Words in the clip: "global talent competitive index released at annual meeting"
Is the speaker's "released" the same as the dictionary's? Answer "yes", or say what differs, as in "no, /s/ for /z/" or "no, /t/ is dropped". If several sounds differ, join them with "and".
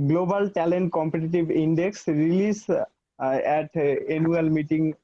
no, /t/ is dropped